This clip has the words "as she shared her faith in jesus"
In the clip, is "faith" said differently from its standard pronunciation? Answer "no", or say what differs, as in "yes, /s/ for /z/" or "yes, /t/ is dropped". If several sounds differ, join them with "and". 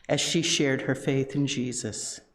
no